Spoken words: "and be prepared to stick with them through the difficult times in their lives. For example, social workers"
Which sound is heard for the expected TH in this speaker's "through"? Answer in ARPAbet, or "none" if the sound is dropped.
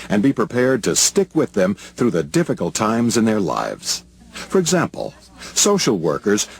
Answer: TH